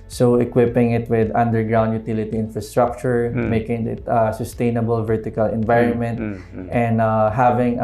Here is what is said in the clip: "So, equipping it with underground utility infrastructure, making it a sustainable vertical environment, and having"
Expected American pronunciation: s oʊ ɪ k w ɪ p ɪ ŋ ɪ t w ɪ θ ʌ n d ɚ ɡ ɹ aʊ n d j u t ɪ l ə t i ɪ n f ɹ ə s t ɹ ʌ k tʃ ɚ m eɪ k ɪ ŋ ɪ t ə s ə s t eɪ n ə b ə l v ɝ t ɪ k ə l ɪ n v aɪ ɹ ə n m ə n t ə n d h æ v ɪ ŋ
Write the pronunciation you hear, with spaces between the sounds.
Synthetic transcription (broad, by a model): s oʊ ɪ k w ɪ p ɪ ŋ ɪ t w ɪ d ʌ n d ɚ ɡ ɹ aʊ n d j u t ɪ l ə t i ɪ n f ɹ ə s t ɹ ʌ k tʃ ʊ m eɪ k ɪ ŋ ɪ t ə s ə s t eɪ n ə b ə l v ɝ t ɪ k ə l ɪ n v aɪ ɹ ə n m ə n t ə n d h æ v ɪ ŋ